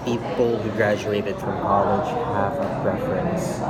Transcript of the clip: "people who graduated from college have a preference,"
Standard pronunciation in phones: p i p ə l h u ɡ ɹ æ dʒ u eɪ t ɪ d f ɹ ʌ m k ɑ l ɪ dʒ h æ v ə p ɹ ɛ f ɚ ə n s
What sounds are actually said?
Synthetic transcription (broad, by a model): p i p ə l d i ɡ ɹ æ dʒ u eɪ t ɪ d f ɹ ʌ m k ɑ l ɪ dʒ h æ f ə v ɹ ɛ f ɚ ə n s